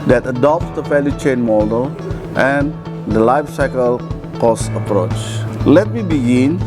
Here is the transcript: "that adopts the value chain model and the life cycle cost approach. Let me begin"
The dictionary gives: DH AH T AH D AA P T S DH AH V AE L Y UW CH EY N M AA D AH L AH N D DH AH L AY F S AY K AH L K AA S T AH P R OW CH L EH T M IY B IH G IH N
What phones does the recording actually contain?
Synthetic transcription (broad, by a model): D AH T AH D AA P T S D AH F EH L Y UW CH EY N M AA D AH L AH N D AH L AY F S AY K AH L K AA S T AH P R OW CH L EH T M IY B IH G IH N